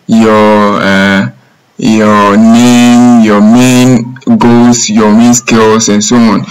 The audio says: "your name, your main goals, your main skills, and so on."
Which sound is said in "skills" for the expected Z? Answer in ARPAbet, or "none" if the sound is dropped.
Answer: S